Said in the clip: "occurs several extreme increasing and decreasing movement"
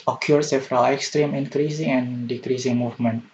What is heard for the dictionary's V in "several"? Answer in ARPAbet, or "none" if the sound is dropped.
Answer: F